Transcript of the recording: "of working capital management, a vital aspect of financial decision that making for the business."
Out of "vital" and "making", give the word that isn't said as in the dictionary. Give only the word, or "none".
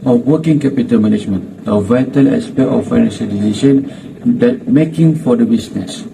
none